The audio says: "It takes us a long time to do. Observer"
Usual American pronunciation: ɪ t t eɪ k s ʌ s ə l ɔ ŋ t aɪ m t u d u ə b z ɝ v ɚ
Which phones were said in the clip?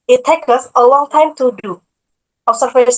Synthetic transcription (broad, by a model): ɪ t t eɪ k ʌ s ə l ɔ ŋ t aɪ m t u d u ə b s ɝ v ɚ